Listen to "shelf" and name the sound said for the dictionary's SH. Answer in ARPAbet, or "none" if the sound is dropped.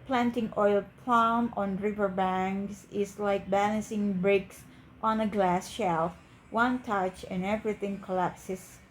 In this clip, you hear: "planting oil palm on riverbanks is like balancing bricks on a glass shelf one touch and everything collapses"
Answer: SH